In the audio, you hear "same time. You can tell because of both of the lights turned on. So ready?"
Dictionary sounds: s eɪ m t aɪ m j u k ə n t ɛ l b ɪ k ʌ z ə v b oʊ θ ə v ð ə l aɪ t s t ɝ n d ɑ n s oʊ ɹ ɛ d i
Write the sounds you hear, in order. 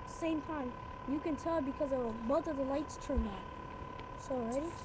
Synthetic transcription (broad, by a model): s eɪ m t aɪ m j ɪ k ə n t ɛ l b ɪ k ʌ z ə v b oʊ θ ə v ð ə l aɪ t s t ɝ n ɑ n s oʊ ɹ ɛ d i